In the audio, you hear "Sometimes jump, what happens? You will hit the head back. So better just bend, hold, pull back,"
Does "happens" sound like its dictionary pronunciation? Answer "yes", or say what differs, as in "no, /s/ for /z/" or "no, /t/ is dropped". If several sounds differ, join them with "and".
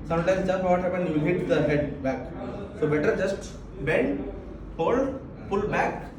no, /z/ is dropped